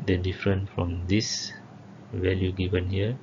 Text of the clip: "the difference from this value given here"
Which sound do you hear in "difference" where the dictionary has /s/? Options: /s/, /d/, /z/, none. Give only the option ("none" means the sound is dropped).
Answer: none